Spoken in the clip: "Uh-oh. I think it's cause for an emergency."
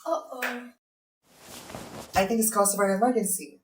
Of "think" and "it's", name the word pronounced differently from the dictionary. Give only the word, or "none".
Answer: none